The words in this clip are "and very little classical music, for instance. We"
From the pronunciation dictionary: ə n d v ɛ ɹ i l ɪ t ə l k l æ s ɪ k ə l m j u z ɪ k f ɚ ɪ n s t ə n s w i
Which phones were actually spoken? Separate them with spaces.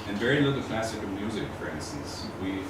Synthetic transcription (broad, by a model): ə n v ɛ ɹ i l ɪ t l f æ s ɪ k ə m j u z ɪ k f ɚ ɪ n s t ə n s w i